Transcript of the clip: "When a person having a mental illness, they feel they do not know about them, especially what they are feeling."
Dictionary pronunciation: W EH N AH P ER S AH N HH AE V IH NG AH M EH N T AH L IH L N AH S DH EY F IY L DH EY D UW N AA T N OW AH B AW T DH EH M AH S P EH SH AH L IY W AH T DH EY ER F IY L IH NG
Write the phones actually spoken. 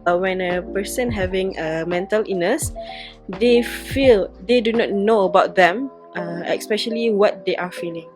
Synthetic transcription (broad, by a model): W EH N AH P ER S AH N HH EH V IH NG AH M EH N T AH L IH N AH S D EY F IY L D EY D UW N AA T N OW AH B AW T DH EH M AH S P EH SH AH L IY W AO T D EY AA F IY L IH NG